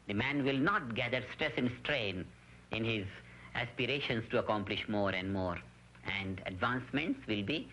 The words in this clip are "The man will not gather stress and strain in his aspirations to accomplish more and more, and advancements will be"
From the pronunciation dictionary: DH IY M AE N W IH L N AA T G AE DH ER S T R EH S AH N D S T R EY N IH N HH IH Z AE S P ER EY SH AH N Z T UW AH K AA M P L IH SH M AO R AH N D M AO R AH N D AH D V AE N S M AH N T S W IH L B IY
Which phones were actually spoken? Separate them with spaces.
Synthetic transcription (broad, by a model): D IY M AE N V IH L N AA T G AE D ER S T R EH S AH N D S T R EY N IH N HH IH Z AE S P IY EY SH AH N S T UW AH K AA M P L IH SH M AO R AH N D M AO R AH N D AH D V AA N S M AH N T S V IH L B IY